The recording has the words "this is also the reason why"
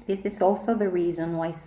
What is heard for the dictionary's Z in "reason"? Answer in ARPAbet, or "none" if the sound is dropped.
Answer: Z